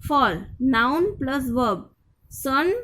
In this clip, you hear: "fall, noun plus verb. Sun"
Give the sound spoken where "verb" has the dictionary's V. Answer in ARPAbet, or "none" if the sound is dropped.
V